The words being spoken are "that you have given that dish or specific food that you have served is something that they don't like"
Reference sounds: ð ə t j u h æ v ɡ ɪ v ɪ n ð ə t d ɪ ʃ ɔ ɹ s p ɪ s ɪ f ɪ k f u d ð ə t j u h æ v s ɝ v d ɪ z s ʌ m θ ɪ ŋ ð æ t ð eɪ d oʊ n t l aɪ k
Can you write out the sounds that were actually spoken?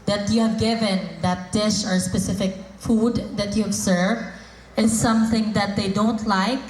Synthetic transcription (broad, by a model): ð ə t j u h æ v ɡ ɪ v ɪ n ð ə t d ɪ ʃ ɔ ɹ s p ɪ s ɪ f ɪ k f u d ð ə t j u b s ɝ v ɪ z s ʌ m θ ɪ ŋ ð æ t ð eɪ d oʊ n t l aɪ k